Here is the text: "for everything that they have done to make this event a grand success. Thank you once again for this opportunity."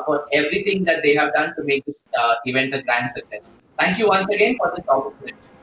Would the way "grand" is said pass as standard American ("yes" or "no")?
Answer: yes